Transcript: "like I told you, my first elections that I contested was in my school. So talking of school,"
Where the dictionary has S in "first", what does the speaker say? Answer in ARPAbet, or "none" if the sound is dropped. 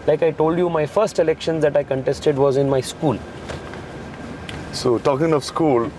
S